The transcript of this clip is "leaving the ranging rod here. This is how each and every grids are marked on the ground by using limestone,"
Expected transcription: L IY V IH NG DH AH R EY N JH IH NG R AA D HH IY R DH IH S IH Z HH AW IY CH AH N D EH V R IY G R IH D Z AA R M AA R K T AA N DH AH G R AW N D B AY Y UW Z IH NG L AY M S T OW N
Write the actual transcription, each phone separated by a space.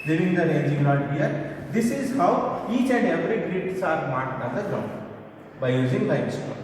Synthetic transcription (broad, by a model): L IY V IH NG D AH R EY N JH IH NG L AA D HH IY R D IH S IH Z HH AW IY CH AH N D EH V R IY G R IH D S AA R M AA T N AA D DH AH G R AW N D B AY Y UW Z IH NG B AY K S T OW